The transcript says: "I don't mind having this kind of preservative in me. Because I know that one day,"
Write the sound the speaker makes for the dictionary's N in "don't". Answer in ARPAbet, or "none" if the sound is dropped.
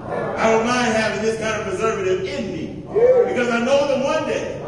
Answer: L